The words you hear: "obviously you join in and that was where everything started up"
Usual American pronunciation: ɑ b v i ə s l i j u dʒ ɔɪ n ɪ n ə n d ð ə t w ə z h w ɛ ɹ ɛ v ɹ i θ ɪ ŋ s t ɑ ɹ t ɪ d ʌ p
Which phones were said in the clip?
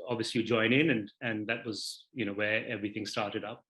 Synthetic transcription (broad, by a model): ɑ b v i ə s l i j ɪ dʒ ɔɪ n ɪ n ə n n ð ə t w ə z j w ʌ ɹ ɛ v ɹ i θ ɪ ŋ s t ɑ ɹ t ɪ d ʌ p